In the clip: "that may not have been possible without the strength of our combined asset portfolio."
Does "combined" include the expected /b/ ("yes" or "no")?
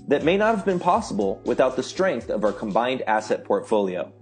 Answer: yes